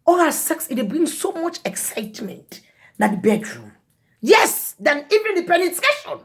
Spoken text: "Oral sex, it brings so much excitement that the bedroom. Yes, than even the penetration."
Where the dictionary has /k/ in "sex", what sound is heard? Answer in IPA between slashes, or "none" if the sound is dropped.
/k/